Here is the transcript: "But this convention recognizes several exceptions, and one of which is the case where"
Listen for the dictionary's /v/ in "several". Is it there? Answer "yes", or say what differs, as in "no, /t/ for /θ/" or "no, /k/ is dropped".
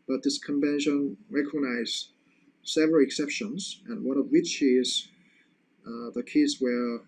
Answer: yes